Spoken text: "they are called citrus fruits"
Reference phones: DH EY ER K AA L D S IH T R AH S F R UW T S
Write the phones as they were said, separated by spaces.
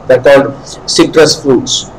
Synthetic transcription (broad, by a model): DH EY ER K AA L D S IH T R AH S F R UW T S